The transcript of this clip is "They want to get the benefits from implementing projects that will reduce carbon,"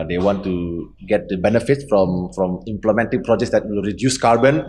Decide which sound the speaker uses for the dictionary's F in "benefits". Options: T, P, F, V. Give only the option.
F